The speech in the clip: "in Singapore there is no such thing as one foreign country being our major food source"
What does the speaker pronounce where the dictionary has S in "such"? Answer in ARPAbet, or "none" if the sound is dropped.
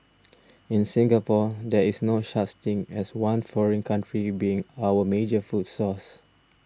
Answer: SH